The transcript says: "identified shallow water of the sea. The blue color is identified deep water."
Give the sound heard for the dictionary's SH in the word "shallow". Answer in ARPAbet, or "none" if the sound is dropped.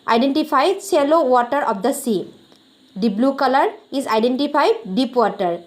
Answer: S